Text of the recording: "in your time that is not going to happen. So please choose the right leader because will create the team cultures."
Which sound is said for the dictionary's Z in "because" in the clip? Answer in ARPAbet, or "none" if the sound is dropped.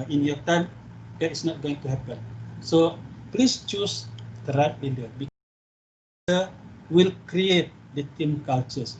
none